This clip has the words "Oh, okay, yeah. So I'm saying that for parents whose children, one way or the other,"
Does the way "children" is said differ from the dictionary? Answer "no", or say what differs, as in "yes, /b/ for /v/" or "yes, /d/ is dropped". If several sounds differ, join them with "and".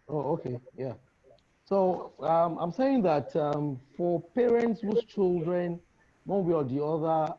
no